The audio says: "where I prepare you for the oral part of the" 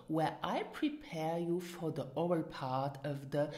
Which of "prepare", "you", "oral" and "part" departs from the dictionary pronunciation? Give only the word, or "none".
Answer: oral